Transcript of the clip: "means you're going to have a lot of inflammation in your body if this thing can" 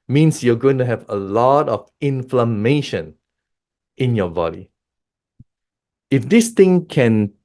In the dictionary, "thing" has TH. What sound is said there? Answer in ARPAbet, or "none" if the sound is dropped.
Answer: T